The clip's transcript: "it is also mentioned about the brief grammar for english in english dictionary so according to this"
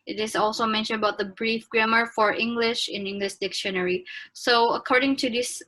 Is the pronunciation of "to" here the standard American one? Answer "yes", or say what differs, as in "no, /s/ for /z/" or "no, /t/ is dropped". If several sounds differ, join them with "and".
yes